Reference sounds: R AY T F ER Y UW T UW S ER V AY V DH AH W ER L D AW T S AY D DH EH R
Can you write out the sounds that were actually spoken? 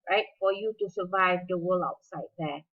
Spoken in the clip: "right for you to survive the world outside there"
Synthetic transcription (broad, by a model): R AY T F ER Y UW T UW S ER V AY V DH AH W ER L AW T S AY D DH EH